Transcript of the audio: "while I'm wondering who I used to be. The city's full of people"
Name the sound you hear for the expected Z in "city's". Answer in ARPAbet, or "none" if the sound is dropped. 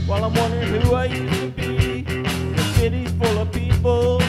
none